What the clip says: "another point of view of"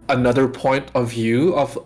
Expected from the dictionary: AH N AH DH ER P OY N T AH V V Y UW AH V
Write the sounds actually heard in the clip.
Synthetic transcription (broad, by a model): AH N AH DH ER P OY N T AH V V Y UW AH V